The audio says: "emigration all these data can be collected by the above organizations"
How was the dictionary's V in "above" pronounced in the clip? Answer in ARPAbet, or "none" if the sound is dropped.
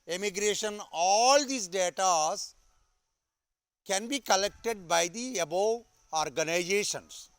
none